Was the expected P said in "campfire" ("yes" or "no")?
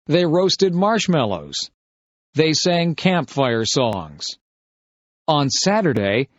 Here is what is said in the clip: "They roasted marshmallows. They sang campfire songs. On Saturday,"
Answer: yes